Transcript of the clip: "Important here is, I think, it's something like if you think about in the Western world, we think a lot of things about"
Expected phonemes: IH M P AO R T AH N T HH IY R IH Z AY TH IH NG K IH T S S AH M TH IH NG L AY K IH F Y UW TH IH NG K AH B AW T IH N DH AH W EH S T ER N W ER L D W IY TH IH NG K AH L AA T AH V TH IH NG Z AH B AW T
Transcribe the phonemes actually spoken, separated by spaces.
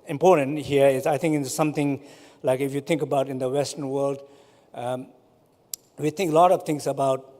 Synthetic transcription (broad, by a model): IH M P AO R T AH N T HH IY R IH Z AY T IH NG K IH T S S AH M T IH NG L AY K IH F Y UW T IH NG K AH B AW T IH N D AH W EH S T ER N W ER L D W IY T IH NG K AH L AA T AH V T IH NG S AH B AW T